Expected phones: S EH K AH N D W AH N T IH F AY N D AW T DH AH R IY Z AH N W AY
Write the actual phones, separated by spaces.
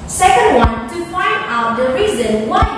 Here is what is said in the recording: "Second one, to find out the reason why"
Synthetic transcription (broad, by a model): S EH K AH N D W AH N T IH P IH N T AW T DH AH R IY Z AH N W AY